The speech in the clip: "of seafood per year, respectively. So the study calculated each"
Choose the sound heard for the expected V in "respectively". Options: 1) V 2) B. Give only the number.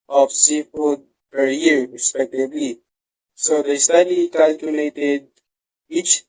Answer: 2